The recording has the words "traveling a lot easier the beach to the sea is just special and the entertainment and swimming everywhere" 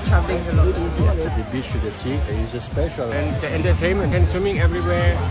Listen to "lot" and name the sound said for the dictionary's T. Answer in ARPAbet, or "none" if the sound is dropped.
none